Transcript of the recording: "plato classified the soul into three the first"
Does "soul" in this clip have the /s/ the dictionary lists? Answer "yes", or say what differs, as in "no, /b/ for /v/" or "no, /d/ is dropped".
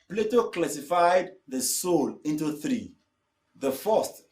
yes